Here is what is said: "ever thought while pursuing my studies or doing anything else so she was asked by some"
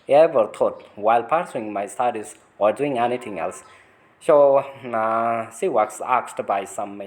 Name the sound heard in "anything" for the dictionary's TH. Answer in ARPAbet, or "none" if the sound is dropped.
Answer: T